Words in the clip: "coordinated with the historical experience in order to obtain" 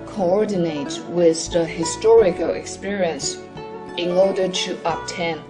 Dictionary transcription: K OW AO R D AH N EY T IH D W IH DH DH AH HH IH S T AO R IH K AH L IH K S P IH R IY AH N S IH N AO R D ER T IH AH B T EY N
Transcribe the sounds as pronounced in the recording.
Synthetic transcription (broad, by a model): K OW AO R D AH N EY IH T W IH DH DH AH HH IH S T AO R IH K AH L IH K S P IH R IY AH N S IH N AO R D ER T IH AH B T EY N